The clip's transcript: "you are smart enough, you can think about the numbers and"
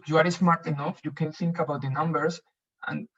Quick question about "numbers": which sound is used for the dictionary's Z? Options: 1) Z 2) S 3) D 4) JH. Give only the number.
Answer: 2